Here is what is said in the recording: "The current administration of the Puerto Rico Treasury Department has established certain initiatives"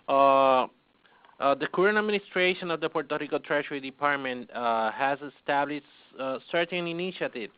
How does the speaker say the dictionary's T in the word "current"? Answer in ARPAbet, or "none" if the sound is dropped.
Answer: none